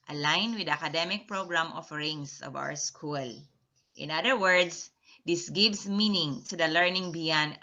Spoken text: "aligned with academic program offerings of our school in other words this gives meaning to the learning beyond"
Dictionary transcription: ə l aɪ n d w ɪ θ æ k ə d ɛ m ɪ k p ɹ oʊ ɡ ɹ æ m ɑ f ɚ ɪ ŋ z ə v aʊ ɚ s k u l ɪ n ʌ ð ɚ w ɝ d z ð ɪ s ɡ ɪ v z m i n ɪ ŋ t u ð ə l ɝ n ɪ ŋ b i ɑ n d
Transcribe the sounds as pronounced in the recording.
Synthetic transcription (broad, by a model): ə l aɪ n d w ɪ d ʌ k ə d ɛ m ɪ k p ɹ oʊ ɡ ɹ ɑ m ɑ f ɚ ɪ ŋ s ə v aʊ ɚ s k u l ɪ n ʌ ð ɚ w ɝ d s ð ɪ s ɡ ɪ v s m i n ɪ ŋ t u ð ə l ɝ n ɪ ŋ b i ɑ n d